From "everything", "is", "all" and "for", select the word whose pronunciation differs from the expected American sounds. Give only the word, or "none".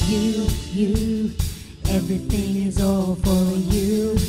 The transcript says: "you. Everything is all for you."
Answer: none